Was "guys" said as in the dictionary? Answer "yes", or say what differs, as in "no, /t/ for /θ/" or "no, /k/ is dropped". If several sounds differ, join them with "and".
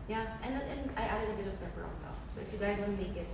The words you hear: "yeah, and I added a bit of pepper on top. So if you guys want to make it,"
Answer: yes